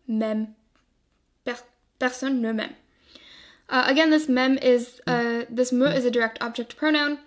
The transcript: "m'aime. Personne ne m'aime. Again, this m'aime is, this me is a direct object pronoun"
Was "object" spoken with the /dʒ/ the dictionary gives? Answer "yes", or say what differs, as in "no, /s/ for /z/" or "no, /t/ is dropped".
yes